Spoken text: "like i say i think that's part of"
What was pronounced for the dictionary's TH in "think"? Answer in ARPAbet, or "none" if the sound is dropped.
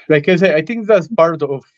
T